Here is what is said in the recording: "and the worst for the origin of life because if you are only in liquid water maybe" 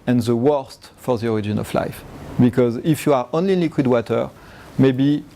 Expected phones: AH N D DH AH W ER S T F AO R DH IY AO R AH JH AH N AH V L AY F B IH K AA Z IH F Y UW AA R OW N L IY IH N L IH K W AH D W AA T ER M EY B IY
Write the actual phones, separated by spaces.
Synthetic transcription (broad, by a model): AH N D DH AH W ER S T F AO R DH IY AO R AH JH AH N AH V L AY F B IH K AA Z IH F Y UW AA R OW N L IY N L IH K W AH D W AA T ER M EY B IY